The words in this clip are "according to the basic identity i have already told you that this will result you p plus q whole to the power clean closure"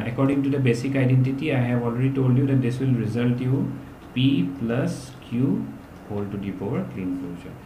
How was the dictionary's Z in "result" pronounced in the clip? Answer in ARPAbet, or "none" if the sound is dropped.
Z